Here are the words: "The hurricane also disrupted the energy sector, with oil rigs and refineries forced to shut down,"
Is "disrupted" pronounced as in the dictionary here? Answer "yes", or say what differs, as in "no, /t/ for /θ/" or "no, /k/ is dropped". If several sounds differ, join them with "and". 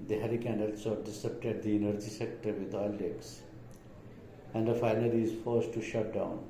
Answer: no, /ɹ/ is dropped